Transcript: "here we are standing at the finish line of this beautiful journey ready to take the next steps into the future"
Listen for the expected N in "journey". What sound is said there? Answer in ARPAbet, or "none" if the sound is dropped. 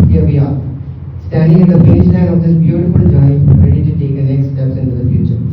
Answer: none